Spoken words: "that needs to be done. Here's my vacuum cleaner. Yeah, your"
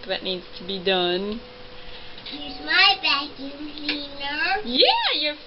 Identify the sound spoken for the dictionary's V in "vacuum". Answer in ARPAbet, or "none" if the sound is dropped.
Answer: B